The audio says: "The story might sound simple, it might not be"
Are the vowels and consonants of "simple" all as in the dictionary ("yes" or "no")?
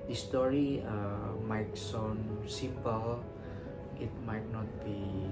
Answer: no